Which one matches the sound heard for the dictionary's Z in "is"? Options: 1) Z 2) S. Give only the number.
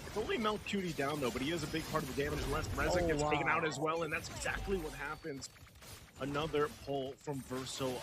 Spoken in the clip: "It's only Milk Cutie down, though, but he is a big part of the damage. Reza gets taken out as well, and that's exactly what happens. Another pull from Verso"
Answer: 1